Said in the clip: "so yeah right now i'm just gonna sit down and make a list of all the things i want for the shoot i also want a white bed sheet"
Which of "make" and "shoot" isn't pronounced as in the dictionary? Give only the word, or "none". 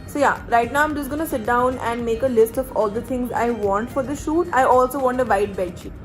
none